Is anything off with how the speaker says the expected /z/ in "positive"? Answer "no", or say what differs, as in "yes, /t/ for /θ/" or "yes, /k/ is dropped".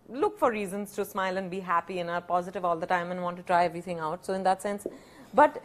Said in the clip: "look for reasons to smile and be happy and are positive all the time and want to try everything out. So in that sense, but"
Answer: no